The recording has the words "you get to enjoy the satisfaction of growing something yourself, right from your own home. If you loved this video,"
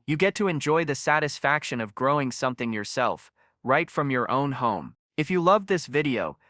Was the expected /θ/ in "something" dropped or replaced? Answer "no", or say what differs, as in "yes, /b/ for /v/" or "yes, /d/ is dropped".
no